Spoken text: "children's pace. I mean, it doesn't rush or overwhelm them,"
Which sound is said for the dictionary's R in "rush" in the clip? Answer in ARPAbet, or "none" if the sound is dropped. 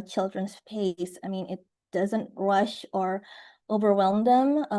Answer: R